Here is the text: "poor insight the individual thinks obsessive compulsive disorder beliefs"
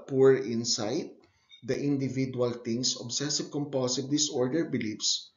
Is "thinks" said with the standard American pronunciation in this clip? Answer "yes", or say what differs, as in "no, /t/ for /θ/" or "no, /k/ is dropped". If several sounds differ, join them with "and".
no, /k/ is dropped